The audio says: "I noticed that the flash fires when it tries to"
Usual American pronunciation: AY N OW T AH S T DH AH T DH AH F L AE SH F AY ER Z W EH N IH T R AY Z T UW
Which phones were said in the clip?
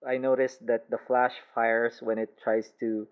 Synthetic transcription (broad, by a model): AY N OW T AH S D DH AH T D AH F L AE SH F AY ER S W EH N IH T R AY S T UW